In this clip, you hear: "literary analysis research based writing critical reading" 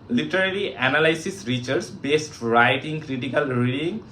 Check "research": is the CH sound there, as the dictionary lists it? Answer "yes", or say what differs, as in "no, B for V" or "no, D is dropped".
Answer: no, S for CH